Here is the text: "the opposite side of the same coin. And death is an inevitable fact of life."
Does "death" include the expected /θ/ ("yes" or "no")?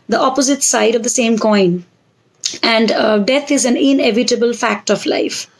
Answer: no